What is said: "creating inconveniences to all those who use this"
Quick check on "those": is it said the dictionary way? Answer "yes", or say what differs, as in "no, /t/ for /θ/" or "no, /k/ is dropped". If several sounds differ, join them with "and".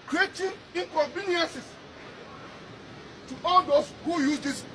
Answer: no, /s/ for /z/